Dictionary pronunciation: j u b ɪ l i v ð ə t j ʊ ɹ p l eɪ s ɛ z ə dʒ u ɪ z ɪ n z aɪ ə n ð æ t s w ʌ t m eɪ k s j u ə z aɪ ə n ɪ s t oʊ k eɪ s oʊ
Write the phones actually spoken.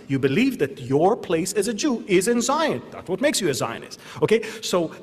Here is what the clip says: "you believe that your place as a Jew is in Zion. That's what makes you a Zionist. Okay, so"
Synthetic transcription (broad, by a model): j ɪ b ɪ l i v ð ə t j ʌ ɹ p l eɪ s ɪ z ə dʒ u ɪ z ɪ n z aɪ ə n ð æ t s w ʌ t m eɪ k s j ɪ ə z aɪ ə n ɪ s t oʊ k eɪ s oʊ